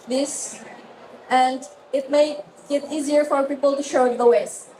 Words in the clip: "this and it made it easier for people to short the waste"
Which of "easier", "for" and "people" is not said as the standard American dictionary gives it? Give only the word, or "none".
none